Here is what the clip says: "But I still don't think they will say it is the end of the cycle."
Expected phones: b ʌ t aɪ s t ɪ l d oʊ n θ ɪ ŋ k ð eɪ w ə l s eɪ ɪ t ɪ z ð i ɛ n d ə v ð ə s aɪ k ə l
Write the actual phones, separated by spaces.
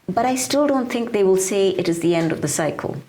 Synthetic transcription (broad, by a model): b ʌ t aɪ s t ɪ l d oʊ n θ ɪ ŋ k ð eɪ w ə l s eɪ ɪ t ɪ z ð i ɛ n d ə v ð ə s aɪ k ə l